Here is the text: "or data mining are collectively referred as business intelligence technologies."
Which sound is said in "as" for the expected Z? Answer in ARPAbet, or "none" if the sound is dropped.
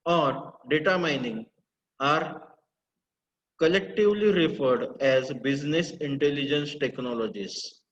Z